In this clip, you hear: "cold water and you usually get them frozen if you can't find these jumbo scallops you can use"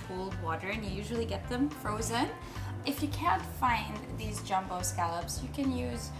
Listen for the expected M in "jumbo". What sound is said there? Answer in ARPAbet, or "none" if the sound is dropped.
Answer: M